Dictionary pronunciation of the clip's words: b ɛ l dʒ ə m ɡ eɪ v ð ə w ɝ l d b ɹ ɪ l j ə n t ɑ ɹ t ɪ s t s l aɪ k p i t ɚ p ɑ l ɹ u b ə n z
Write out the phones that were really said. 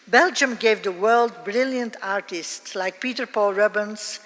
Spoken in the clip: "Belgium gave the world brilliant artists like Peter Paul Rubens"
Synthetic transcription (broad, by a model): b ɛ l dʒ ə m ɡ eɪ v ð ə w ɝ l d b ɹ ɪ l j ə n t ɑ ɹ t ɪ s t s l aɪ k p i t ɚ p ɑ l ɹ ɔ b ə n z